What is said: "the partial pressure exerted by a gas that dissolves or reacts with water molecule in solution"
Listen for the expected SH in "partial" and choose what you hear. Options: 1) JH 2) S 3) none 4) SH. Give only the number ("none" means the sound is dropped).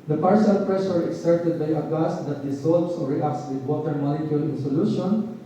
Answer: 2